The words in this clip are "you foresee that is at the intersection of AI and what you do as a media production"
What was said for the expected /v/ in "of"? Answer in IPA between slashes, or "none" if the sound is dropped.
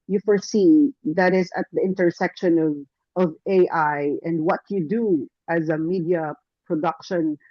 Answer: /v/